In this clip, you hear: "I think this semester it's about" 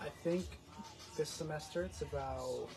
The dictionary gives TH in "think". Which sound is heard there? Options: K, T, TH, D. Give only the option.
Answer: TH